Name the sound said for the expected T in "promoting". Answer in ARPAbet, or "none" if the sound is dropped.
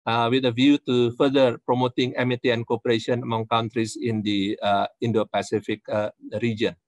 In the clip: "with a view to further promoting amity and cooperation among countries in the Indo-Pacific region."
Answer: T